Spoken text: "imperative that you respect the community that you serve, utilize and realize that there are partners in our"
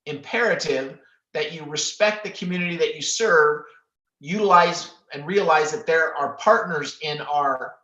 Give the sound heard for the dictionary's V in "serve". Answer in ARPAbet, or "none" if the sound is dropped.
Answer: V